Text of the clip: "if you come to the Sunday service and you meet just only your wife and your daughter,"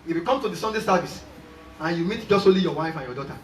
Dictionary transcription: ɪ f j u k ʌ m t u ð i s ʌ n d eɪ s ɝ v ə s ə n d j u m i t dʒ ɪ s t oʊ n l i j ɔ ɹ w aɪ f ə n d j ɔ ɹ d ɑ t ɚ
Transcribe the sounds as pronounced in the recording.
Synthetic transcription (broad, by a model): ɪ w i k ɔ m t u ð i s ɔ n d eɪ s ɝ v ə s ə n j u m i t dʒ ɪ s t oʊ l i j ɔ w aɪ f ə n j ɔ d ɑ t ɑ